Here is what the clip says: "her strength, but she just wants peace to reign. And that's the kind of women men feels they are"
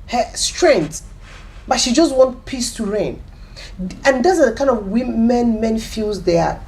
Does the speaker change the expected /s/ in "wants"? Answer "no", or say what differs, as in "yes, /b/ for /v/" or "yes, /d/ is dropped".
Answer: yes, /s/ is dropped